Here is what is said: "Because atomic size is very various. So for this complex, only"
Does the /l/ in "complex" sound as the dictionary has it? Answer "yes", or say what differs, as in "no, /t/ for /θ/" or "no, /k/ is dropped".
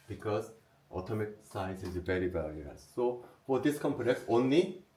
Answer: no, /n/ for /l/